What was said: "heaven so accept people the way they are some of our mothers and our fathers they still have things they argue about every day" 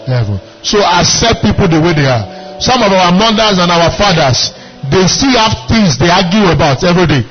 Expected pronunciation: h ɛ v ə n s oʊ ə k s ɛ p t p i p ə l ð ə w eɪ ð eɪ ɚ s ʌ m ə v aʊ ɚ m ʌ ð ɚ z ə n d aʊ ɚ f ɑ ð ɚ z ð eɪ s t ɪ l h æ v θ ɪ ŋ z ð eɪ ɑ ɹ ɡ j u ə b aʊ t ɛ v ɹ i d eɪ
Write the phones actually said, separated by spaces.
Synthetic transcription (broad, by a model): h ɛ v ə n s oʊ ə s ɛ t p i p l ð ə w eɪ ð eɪ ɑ s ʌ m ə v aʊ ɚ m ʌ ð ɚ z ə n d aʊ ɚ f ɑ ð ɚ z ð eɪ s t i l h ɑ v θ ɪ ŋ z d eɪ ɑ ɡ j u ə b aʊ t ɛ v ɹ i d eɪ